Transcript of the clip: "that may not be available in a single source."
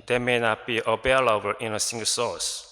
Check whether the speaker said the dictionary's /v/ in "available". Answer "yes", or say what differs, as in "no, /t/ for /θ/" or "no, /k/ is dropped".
no, /b/ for /v/